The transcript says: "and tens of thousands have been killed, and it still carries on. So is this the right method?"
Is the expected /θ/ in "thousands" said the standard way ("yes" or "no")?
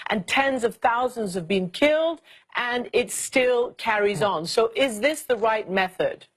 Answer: yes